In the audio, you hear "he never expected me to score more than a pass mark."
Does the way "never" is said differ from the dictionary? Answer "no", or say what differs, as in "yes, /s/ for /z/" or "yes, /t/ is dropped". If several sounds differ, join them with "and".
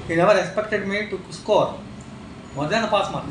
no